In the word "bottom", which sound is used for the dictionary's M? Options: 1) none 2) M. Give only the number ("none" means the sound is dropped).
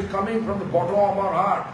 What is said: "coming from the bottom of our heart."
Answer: 1